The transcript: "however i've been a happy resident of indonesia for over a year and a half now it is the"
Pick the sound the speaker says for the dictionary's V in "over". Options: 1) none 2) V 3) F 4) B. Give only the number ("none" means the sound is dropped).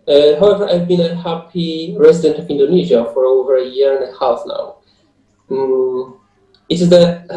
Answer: 2